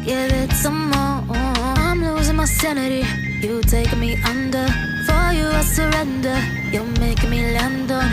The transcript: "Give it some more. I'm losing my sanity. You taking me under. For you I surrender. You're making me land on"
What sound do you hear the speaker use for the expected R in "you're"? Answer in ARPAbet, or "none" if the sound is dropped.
L